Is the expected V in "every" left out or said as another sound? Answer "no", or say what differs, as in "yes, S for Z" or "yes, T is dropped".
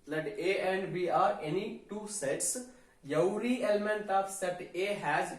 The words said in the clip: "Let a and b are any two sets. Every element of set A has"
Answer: yes, W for V